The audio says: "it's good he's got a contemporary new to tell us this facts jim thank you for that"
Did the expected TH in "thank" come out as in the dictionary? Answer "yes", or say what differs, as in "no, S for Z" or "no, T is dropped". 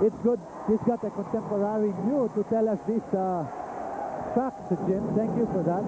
no, T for TH